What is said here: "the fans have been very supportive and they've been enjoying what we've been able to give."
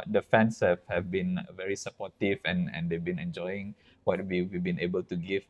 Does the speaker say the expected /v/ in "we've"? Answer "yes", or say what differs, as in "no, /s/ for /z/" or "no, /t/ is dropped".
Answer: no, /w/ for /v/